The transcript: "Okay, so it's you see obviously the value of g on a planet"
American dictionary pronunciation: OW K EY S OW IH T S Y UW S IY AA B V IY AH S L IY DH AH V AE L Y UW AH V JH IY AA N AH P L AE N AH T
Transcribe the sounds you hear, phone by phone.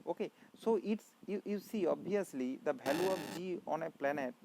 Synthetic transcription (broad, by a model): OW K EY S OW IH T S Y UW S IY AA B IY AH S L IY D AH B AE L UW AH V JH IY AA N AH P L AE N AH T